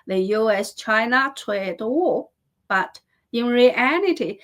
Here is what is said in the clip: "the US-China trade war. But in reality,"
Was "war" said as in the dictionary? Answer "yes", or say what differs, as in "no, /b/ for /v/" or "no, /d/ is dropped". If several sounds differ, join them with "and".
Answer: no, /l/ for /ɹ/